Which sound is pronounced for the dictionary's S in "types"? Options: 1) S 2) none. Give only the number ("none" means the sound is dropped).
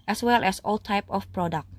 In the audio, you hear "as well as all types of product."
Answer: 2